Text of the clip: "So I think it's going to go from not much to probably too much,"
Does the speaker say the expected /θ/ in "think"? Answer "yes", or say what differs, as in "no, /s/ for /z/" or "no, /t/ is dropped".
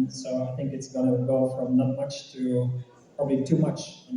yes